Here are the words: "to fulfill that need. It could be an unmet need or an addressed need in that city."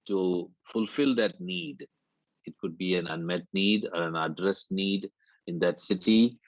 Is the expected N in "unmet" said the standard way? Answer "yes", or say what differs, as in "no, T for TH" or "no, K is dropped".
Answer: yes